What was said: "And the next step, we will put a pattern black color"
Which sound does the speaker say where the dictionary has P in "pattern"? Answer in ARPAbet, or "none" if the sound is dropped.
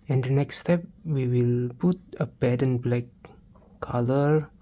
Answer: B